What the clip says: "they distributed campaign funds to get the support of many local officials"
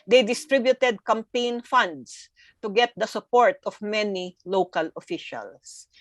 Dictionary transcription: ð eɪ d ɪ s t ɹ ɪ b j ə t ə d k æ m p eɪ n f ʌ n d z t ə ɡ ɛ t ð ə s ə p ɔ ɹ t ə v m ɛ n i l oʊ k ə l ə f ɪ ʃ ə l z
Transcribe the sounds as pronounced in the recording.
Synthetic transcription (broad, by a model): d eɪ d ɪ s t ɹ ɪ b j ə t ə d k æ m p eɪ n f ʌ n d s t ə ɡ ɛ t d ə s ə p ɔ ɹ t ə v m ɛ n i l oʊ k ə l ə f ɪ ʃ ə l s